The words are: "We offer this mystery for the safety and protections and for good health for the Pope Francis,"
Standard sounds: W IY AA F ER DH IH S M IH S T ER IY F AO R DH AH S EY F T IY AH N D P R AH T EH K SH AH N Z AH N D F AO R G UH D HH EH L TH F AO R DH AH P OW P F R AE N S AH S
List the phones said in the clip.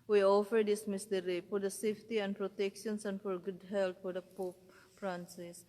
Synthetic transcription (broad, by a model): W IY AA F ER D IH S M IH S T ER IY F AO R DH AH S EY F T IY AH N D P R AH T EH K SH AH N S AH N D F AO R G UH D HH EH L T F AO R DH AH P OW P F R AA N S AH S